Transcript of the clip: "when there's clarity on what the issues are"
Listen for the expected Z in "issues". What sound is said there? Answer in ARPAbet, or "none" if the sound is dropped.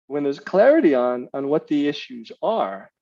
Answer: Z